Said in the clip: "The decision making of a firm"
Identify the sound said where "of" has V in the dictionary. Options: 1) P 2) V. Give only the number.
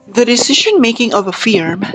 2